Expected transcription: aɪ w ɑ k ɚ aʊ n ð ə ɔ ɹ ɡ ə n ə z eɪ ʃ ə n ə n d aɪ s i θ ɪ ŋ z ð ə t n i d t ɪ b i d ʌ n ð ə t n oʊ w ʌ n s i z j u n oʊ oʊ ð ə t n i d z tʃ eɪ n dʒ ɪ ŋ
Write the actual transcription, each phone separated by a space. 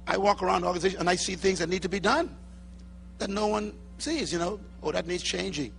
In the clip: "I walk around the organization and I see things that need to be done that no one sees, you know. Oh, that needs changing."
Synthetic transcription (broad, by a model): aɪ w ɑ k ɚ aʊ n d ɔ ɹ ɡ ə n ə z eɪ ə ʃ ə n aɪ s i θ ɪ ŋ z ð ə t n i d t ɪ b i d ʌ n ð ə t n oʊ w ʌ n s i z j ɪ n oʊ oʊ ð ə t n i d z tʃ eɪ n dʒ ɪ ŋ